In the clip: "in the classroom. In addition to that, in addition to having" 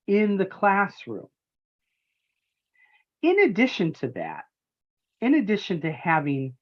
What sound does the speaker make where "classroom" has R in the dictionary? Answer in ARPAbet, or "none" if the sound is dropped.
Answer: R